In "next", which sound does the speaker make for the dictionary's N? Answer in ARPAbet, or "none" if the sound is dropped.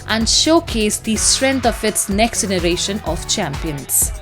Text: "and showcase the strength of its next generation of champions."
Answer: N